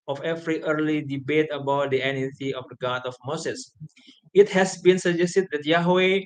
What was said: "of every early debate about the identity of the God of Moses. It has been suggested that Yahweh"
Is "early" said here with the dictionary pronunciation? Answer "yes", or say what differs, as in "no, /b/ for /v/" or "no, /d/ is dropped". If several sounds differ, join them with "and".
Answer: yes